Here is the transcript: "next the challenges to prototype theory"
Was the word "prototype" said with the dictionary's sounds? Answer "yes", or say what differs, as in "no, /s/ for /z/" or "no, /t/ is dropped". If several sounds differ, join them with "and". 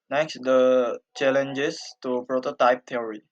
yes